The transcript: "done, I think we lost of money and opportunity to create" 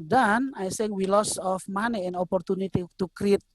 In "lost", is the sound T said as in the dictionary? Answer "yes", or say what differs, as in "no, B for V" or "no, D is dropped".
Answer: no, T is dropped